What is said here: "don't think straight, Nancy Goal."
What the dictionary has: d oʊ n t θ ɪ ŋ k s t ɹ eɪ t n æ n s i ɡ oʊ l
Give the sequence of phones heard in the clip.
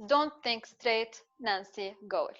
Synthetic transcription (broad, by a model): d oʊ n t θ ɪ ŋ k s t ɹ eɪ t n æ n s i ɡ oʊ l